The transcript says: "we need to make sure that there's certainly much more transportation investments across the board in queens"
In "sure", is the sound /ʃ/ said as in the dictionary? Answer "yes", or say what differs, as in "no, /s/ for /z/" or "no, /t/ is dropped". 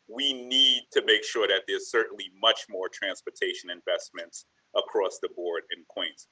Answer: yes